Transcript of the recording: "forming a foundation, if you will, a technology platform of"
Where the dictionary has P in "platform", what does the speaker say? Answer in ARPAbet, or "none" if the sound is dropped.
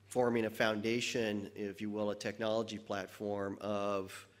P